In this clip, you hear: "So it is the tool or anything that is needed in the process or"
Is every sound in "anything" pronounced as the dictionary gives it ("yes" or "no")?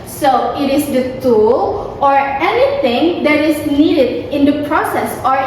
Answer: no